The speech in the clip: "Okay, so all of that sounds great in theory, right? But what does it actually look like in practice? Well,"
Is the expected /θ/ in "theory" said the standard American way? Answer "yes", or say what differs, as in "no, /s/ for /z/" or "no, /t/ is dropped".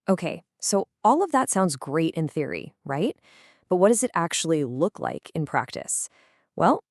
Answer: yes